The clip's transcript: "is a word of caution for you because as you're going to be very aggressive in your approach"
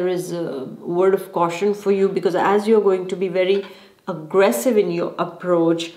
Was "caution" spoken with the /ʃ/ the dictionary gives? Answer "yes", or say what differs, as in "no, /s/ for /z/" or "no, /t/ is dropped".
yes